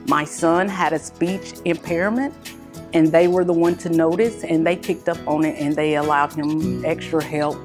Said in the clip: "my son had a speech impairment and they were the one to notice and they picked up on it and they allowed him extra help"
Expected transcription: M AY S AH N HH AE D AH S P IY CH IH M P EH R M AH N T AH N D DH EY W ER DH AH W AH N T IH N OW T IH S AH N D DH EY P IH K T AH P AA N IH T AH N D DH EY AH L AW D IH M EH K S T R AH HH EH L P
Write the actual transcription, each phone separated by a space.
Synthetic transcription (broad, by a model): M AY S AH N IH D AH S P IY CH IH M P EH R M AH N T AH N DH EY W ER DH AH W AH N T IH N OW T IH S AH N DH EY P IH K T AH P N IH T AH N DH EY AH L AW D IH M EH K S T R AH HH EH L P